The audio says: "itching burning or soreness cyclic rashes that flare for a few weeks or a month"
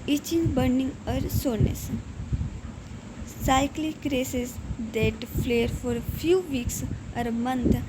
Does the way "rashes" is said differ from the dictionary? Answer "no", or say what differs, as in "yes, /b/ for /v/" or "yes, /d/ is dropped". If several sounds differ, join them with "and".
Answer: yes, /s/ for /ʃ/